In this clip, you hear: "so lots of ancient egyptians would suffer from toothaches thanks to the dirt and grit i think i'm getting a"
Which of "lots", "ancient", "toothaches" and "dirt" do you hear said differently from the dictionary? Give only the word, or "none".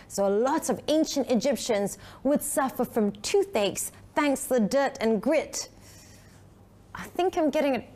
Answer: lots